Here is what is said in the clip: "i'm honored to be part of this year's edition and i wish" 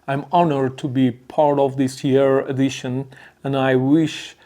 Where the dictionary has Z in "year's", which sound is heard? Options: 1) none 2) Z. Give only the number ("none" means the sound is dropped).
1